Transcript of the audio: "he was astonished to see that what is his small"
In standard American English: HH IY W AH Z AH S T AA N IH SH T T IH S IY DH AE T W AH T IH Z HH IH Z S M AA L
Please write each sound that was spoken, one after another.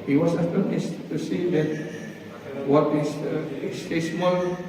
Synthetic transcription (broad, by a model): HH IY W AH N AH T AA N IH S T T IH S IY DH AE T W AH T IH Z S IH S M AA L